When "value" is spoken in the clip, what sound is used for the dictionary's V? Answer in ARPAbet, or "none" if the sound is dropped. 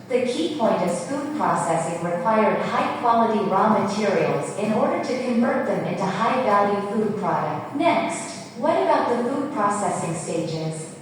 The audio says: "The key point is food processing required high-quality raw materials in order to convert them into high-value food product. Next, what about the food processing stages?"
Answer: B